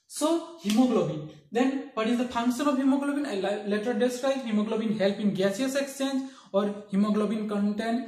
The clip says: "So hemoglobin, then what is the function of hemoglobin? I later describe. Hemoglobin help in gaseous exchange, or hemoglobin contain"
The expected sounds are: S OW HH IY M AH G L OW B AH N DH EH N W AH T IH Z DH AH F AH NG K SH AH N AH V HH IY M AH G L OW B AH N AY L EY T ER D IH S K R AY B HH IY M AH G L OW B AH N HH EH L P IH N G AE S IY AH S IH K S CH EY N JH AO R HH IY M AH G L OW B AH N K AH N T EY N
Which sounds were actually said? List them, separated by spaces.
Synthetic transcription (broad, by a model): S OW HH IY M AH G L OW B AH N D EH N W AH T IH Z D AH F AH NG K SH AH N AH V HH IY M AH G L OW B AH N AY L EY T ER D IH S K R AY HH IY M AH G L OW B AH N HH EH L P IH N G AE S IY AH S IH K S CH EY N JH AO R HH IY M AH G L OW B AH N K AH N T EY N